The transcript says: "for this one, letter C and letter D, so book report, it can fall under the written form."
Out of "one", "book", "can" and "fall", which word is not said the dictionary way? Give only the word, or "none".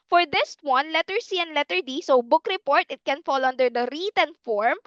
none